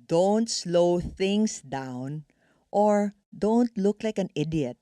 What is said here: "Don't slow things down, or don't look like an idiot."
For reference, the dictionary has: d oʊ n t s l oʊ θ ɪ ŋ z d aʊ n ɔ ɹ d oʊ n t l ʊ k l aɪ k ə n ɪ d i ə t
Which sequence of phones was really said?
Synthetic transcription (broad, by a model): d oʊ n t s l oʊ θ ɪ ŋ s d aʊ n ɔ ɹ d oʊ n t l ʊ k l aɪ k ə n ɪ d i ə t